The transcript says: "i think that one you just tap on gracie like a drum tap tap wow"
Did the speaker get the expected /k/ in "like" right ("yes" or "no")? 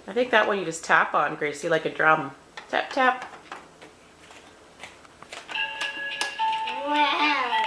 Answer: yes